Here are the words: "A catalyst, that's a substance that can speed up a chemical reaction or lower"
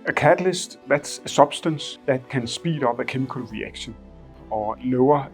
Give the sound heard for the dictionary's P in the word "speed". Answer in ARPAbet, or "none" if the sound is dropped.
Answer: B